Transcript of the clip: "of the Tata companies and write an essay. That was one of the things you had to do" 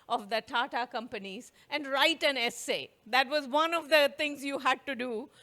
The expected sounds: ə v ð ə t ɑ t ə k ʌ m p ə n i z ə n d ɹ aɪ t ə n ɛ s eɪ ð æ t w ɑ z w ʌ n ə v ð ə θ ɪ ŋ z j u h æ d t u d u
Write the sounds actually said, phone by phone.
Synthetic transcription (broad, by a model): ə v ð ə t ɑ t ə k ʌ m p ə n i z ə n d ɹ aɪ t ə n ɛ s eɪ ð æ t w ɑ z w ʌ n ə v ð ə t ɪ ŋ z j u h æ d t u d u